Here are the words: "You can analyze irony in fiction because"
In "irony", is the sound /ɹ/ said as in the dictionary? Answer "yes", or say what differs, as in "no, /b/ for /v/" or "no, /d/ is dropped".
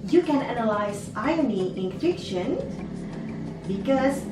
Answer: no, /ɹ/ is dropped